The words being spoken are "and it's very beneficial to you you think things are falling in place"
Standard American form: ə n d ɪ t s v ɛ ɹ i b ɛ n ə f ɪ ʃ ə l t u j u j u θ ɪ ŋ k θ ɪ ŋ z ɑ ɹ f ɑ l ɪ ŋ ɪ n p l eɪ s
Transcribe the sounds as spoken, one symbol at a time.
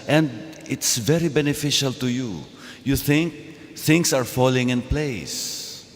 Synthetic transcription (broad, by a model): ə n d ɪ t s v ɛ ɹ i b ɛ n ə f ɪ ʃ ə l t u j u j u θ ɪ ŋ k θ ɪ ŋ s ɑ ɹ f ɑ l ɪ ŋ ɪ n p l eɪ s